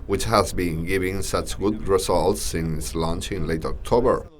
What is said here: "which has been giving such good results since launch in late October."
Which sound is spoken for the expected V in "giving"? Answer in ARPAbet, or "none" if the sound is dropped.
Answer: V